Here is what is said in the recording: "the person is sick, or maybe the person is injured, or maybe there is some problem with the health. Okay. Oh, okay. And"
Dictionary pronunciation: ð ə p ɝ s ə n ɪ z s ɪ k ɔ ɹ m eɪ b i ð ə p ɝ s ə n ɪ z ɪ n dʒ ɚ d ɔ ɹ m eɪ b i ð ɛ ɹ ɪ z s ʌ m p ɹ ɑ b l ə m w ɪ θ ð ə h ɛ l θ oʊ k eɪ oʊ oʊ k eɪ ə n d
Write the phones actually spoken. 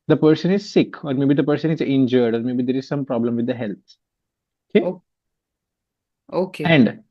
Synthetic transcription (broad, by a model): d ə p ɝ s ə n ɪ z s ɪ k ɔ ɹ m eɪ b i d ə p ɝ s ə n ɪ z ɪ n dʒ ɚ d ɔ ɹ m eɪ b i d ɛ ɹ ɪ z s ʌ m p ɹ ɑ b l ə m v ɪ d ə h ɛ l t oʊ k eɪ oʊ oʊ k eɪ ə n d